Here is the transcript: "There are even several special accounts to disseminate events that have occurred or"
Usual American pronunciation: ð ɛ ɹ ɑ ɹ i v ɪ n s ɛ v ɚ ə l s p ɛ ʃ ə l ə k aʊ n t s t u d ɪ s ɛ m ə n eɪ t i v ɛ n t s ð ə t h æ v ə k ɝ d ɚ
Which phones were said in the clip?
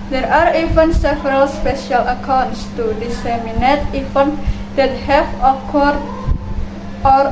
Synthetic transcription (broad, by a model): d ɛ ɹ ɑ ɹ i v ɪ n s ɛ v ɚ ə l s p ɛ ʃ ə l ə k aʊ n t s t u d ɪ s ɛ m ə n eɪ t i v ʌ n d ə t h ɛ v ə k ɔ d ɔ